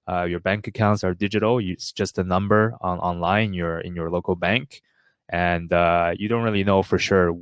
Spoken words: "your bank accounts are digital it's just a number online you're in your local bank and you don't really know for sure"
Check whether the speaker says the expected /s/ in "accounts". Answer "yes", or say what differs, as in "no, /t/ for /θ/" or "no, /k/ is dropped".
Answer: yes